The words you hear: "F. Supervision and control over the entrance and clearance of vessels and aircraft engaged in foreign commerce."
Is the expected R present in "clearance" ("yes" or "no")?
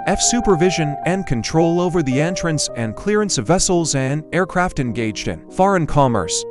yes